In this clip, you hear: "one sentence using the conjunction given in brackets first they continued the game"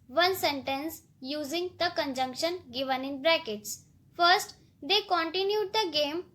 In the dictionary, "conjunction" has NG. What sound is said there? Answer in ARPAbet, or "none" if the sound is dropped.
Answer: NG